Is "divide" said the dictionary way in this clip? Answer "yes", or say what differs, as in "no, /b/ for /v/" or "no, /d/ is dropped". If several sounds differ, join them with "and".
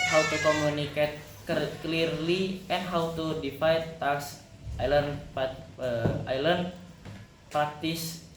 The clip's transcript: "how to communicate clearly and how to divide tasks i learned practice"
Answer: no, /f/ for /v/